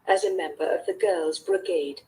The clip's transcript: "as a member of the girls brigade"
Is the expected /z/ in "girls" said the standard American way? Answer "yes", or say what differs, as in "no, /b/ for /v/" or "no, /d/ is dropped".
yes